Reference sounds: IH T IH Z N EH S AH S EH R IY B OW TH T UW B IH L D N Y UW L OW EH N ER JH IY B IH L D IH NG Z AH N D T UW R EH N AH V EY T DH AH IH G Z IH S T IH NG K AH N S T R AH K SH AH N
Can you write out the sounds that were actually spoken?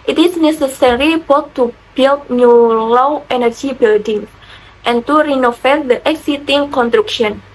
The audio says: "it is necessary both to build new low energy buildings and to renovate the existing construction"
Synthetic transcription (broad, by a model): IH T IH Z N EH S AH S EH R IY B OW T T UW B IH L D N Y UW L OW EH N ER JH IY B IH L D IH NG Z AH N T UW R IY N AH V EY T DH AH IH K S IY T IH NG K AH N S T R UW K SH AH N